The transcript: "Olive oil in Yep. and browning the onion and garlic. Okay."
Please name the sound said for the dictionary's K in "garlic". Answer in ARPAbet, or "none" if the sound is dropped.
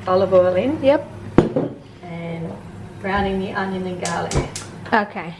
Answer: none